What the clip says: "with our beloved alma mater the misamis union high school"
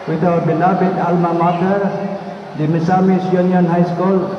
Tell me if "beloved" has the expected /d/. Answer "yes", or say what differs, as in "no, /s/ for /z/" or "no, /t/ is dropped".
no, /d/ is dropped